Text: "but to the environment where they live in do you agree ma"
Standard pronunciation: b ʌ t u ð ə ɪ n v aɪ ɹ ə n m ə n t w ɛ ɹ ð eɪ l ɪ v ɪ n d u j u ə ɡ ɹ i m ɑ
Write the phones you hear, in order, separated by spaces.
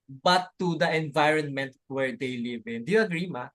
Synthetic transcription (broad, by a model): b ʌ t u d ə ɪ n v aɪ ɹ ə n m ə n t w ɛ ɹ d eɪ l ɪ v ɪ n d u j u ə ɡ ɹ i m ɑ